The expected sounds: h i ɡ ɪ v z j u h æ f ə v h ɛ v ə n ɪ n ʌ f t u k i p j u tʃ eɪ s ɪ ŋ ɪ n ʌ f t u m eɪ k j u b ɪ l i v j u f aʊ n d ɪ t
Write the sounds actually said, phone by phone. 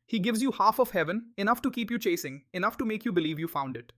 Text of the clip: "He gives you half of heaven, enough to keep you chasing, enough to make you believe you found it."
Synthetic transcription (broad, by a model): h i ɡ ɪ v z j u h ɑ f ə v h ɛ v ə n ɪ n ʌ f t u k i p j u tʃ eɪ s ɪ ŋ ɪ n ʌ f t u m eɪ k j u b ɪ l i v j u f aʊ n d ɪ t